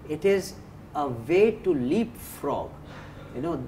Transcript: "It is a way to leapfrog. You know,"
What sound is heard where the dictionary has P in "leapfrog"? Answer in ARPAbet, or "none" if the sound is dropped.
P